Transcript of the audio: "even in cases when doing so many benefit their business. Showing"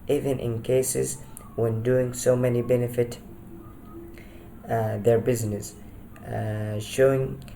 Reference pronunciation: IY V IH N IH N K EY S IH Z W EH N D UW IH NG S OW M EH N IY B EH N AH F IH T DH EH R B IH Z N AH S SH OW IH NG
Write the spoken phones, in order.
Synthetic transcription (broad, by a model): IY V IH N IH N K EY S IH Z W EH N D UW IH NG S OW M EH N IY B EH N AH F IH T DH EH R B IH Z N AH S SH OW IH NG